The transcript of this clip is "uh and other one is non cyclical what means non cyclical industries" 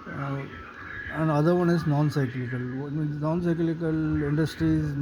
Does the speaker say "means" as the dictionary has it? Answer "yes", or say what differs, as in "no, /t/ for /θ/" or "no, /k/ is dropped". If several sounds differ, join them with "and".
no, /z/ is dropped